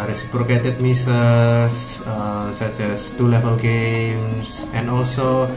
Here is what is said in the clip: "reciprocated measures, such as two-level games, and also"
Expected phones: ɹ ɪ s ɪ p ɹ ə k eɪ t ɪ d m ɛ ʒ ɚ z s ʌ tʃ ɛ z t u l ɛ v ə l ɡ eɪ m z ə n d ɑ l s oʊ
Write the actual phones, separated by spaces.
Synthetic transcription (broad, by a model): ɹ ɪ s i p ɹ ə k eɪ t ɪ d m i s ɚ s s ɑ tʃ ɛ s t u l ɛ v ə l ɡ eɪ m s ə n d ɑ l s oʊ